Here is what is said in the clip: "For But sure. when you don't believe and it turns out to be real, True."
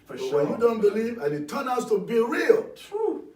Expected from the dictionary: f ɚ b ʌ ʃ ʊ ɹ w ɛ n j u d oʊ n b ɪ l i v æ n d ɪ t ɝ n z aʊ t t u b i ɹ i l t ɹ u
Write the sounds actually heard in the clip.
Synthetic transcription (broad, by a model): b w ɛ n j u d oʊ n b ɪ l i v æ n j ɪ t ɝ n aʊ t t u b i ɹ i l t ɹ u